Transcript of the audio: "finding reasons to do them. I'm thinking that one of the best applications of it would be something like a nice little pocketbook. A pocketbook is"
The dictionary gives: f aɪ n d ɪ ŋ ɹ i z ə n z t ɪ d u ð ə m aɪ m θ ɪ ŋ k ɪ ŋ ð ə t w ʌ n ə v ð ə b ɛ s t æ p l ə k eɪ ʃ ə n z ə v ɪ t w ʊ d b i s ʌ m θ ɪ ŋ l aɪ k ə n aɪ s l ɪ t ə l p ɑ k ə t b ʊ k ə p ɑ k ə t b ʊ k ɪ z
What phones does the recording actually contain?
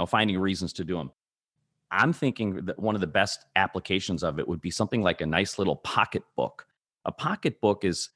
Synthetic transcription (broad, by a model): f aɪ n d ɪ ŋ ɹ i z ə n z t ɪ d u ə m aɪ m θ ɪ ŋ k ɪ ŋ ð ə t w ʌ n ə v ð ə b ɛ s t æ p l ə k eɪ ʃ ə n z ə v ɪ t w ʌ d b i s ʌ m θ ɪ ŋ l aɪ k ə n aɪ s l ɪ t l p ɑ k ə t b ʊ k ə p ɑ k ə t b ʊ k ɪ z